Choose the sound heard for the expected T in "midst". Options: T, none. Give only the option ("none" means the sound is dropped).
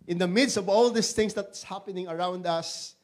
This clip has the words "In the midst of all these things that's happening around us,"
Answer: T